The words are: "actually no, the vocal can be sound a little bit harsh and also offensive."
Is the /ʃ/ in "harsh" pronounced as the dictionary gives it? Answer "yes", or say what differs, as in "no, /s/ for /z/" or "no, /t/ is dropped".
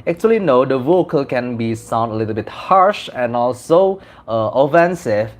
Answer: yes